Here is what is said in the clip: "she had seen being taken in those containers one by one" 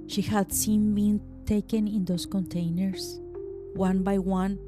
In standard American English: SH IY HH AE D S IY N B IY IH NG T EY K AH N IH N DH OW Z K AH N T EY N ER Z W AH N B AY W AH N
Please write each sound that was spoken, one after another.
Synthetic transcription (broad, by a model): SH IY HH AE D S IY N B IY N T EY K AH N IH N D OW S K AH N T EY N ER S W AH N B AY W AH N